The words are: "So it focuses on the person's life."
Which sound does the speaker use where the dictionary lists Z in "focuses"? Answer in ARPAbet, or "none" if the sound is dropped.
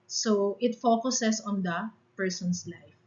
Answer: S